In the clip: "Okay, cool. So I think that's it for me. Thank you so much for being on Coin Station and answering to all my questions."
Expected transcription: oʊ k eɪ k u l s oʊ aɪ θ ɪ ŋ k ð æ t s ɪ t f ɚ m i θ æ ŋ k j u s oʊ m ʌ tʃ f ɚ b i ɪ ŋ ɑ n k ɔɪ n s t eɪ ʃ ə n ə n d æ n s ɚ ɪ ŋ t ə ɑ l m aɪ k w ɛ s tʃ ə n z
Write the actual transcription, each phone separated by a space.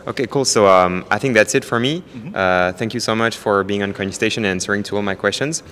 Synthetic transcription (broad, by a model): oʊ k eɪ k u l s oʊ aɪ θ ɪ ŋ k ð æ t s ɪ t f ɚ m i θ æ ŋ k j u s oʊ m ʌ tʃ f ɚ b i ɪ ŋ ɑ n k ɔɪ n s t eɪ ʃ ə n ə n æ n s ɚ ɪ ŋ t ə ɑ l m aɪ k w ɛ s tʃ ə n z